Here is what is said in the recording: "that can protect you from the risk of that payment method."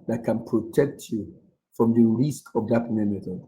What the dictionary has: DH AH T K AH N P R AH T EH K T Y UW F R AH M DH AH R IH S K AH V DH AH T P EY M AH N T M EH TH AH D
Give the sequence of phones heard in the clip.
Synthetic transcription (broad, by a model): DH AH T K AH N P R AH T EH K T Y UW F R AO M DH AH R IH S K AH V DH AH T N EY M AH T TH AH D